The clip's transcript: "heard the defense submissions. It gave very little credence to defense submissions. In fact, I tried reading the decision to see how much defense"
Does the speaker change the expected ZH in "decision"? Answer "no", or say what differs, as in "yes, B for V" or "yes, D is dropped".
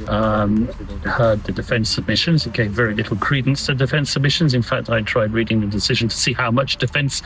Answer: no